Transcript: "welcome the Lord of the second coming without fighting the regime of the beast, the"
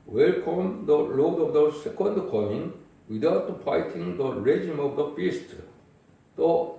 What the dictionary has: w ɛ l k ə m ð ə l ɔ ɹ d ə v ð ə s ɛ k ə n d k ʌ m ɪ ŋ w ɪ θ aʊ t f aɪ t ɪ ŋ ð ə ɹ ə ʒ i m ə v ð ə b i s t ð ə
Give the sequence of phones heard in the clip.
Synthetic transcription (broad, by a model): w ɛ l k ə m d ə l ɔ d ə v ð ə s ɛ k ə n d k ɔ ɪ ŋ w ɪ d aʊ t p aɪ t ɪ ŋ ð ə ɹ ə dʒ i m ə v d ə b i s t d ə